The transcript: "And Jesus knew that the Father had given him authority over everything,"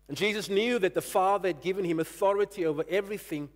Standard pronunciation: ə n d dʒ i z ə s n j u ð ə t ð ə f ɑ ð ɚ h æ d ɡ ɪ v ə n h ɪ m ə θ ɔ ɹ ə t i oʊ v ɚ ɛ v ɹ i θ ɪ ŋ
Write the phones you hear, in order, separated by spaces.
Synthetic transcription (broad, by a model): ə n dʒ i z ə s n j u ð ə t ð ə f ɑ ð ɚ h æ d ɡ ɪ v ə n h ɪ m ə θ ɔ ɹ ə t i oʊ v ɚ ɛ v ɹ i θ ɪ ŋ